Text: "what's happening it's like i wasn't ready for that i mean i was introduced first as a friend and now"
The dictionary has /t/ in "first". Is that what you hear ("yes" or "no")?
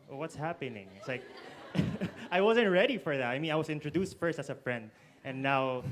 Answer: yes